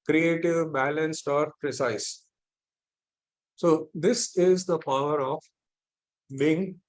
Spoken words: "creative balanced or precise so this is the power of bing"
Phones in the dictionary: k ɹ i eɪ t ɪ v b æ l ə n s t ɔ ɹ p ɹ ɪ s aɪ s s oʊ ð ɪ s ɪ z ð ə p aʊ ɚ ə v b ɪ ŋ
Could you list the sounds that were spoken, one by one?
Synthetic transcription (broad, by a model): k ɹ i eɪ t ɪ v b æ l ə n s t ɔ ɹ p ɹ ɪ s aɪ s s oʊ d ɪ s ɪ z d ə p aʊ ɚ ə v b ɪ ŋ